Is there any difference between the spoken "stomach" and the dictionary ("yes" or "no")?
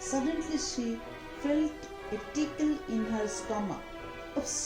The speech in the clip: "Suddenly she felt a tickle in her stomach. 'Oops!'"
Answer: yes